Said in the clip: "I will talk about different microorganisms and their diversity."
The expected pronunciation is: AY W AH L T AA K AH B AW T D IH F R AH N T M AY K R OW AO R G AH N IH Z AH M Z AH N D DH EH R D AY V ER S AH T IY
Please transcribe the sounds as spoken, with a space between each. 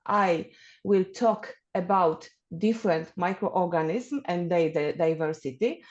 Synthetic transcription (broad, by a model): AY W AH L T AA K AH B AW T D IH F R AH N T M AY K R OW AO R G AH N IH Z M AH N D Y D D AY V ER S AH T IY